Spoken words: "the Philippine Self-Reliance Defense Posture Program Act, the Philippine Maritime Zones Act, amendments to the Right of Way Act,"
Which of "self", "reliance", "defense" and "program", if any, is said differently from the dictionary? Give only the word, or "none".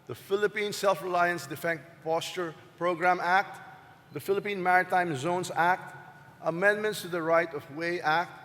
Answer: defense